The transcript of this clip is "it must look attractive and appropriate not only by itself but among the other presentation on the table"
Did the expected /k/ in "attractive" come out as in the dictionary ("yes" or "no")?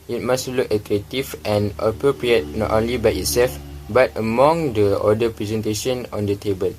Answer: no